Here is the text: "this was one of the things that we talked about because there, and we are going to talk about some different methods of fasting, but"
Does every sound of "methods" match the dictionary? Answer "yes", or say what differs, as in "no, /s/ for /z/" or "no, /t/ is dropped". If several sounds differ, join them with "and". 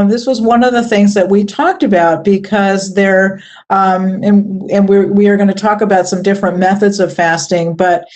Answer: yes